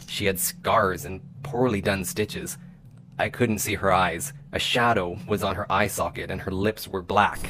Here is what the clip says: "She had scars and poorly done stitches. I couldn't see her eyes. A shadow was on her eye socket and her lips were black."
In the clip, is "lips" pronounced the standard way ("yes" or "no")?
yes